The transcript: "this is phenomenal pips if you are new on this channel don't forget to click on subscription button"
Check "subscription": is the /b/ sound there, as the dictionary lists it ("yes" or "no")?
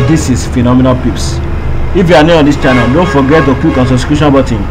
no